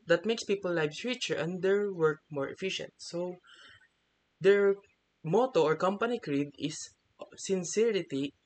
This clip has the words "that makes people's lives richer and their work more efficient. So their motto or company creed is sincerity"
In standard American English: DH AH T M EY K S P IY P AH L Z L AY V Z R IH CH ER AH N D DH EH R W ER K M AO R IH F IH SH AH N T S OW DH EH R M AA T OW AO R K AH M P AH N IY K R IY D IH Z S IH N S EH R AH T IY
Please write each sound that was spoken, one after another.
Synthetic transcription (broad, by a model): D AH T M EY K S P IY P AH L L AY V R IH CH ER AH N D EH R W ER K M AO R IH F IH SH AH N T S OW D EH R M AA T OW AO R K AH M P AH N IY K R IY D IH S S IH N S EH R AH T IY